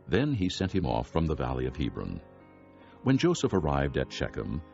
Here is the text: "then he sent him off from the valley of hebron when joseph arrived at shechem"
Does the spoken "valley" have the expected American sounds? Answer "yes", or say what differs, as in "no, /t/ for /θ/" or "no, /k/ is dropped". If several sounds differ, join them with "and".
yes